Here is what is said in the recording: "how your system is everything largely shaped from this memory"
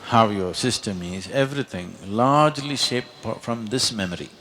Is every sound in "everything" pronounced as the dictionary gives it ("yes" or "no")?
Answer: no